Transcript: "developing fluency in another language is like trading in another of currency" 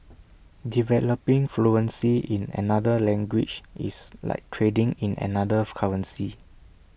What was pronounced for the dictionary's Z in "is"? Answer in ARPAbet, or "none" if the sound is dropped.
S